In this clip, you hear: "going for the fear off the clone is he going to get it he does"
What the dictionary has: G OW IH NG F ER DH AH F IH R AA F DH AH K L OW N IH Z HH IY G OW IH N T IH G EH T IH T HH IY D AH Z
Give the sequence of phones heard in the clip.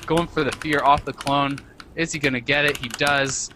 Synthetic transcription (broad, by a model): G OW IH NG F ER DH AH F IH R AA F DH AH K L OW N IH Z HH IY G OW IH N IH G EH T IH T HH IY D AH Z